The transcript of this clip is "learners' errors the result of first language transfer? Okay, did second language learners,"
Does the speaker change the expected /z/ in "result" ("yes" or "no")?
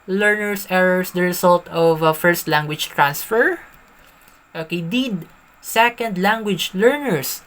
yes